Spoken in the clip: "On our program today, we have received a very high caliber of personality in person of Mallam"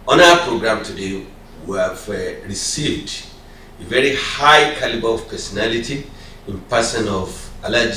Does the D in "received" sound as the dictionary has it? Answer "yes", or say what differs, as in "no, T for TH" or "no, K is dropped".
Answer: yes